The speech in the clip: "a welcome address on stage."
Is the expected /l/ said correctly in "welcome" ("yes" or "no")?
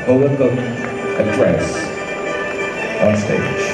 no